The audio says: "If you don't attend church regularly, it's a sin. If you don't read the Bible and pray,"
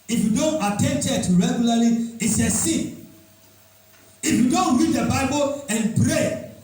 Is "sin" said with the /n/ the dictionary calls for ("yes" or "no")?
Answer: no